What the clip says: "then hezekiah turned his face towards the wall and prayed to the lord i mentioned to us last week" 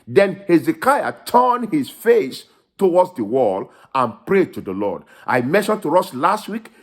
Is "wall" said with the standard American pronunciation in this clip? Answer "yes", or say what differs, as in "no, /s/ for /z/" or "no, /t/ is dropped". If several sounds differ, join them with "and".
yes